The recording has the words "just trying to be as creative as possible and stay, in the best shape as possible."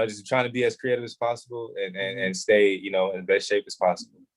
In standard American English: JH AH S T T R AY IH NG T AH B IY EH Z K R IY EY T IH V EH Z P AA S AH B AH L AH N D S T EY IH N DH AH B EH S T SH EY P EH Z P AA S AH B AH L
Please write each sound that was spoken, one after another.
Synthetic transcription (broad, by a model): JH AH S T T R AY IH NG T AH B IY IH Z K R IY EY T IH V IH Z P AA S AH B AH N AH N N S T EY IH N DH AH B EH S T SH EY P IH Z P AA S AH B L